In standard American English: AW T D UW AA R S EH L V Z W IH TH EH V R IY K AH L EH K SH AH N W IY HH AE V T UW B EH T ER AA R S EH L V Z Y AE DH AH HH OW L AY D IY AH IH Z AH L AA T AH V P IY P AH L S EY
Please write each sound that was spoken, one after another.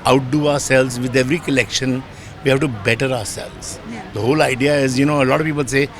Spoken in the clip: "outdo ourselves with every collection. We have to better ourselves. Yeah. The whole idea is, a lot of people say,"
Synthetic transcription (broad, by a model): AW T D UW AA R S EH L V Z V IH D EH V R IY K AH L EH K SH AH N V IY HH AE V T UW B EH T ER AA R S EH L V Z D AH HH OW L AY D IY AH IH Z AH L AA T AH V P IY P AH L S EY